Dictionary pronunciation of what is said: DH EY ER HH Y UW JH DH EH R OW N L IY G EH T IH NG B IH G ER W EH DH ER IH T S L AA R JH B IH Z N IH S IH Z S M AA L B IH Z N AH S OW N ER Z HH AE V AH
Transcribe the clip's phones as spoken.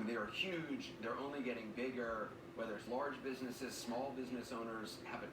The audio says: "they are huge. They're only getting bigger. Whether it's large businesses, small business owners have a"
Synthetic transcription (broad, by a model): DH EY ER HH Y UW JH DH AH R OW N L IY G EH T IH NG B IH G ER W EH DH ER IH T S L AA R JH B IH Z N IH S IH Z S M AA L B IH Z N AH S OW N ER Z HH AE V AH